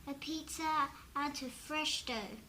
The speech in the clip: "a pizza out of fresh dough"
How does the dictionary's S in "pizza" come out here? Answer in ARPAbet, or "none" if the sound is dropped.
none